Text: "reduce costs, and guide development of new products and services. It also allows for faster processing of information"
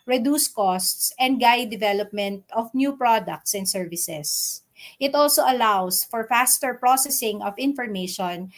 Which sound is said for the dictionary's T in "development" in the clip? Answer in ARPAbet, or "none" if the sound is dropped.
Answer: T